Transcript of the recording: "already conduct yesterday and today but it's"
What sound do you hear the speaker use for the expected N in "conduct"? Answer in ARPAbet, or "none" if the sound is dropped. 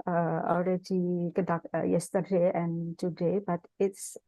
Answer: none